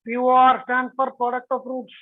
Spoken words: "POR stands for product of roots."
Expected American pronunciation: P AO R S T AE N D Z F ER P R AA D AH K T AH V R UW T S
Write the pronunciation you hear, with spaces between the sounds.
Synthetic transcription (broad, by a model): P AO R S T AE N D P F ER P R AA D AH K T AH F R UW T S